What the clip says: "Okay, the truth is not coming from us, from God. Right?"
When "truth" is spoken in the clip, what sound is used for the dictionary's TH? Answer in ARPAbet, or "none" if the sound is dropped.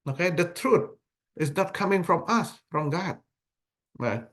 T